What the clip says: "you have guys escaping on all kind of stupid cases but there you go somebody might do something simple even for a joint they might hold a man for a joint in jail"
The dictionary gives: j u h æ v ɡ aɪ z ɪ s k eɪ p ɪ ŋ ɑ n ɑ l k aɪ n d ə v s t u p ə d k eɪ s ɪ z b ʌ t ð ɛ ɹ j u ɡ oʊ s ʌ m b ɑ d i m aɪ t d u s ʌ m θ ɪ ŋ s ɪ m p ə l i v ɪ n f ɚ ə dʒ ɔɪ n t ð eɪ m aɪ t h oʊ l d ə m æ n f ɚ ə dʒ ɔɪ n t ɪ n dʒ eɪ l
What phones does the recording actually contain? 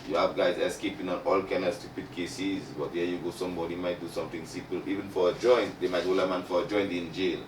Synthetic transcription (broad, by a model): j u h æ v ɡ aɪ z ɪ s k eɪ p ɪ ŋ ɑ n ɑ l k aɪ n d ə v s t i p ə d k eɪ s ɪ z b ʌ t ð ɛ j u ɡ oʊ s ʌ m b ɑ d i m aɪ t d u s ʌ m t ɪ ŋ s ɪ m p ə l i v ɪ n f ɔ ə dʒ ɔɪ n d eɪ m aɪ t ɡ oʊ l ə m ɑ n f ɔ ə dʒ ɔɪ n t ɪ n dʒ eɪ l